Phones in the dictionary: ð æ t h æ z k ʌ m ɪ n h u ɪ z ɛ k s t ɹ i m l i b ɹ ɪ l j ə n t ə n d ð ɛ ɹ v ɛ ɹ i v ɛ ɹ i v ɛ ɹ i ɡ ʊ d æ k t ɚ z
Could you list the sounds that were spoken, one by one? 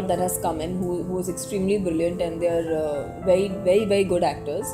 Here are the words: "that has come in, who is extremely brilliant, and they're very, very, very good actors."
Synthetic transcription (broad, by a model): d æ t h æ z k ʌ m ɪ n h u ɪ z ɛ k s t ɹ i m l i b ɹ ɪ l j ə n t ə n d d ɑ ɹ v ɛ ɹ i v ɛ ɹ i v ɛ ɹ i ɡ ʊ d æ k t ɚ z